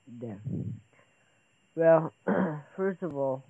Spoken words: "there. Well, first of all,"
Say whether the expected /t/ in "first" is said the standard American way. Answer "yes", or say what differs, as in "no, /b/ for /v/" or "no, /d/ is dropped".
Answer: yes